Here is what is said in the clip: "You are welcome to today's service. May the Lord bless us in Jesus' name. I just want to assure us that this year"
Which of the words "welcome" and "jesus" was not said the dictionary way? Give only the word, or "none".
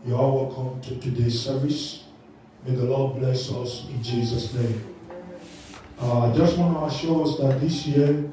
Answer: none